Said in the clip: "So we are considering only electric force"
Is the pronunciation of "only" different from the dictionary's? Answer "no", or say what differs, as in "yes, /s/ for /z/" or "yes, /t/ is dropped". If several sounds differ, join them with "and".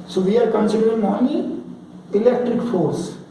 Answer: yes, /l/ is dropped